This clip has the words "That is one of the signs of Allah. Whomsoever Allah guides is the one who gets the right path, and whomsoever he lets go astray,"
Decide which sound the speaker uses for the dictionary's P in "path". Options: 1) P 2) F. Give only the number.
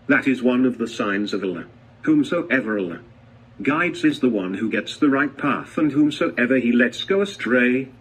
1